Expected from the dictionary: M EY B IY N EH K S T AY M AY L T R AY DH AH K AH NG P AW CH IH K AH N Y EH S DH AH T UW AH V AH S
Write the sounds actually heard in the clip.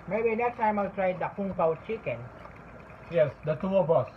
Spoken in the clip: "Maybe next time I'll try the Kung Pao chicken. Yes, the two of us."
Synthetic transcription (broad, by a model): M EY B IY N EH K S T AY M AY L T R AY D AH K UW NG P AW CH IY K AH N Y EH S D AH T UW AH B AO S